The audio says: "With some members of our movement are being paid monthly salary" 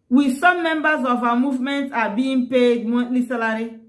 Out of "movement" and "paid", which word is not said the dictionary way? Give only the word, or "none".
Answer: none